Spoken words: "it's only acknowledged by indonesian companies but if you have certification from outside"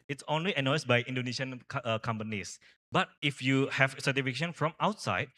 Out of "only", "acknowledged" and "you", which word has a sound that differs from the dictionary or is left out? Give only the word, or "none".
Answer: acknowledged